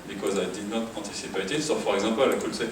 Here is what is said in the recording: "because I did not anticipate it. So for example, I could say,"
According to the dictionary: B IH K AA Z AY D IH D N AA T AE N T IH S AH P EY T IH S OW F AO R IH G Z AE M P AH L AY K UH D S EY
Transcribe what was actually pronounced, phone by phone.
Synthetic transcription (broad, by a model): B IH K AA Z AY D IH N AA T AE T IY S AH P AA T IH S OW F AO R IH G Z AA P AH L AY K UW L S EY